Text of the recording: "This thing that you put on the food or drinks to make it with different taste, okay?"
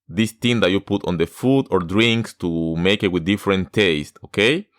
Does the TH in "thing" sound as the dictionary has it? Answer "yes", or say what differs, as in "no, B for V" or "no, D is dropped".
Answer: no, T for TH